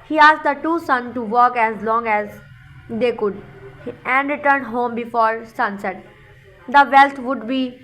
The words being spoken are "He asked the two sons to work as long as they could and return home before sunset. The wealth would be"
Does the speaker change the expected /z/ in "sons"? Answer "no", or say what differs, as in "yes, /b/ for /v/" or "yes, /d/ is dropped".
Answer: yes, /z/ is dropped